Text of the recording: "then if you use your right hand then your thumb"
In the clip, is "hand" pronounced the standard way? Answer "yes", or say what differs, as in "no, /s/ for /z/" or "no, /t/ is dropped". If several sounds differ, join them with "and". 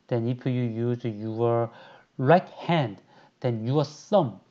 yes